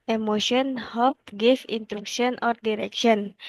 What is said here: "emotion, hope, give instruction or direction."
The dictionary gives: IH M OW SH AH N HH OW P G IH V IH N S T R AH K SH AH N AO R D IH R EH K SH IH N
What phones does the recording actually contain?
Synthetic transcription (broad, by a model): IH M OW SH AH N HH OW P G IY F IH N T R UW K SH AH N AO R D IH R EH K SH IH N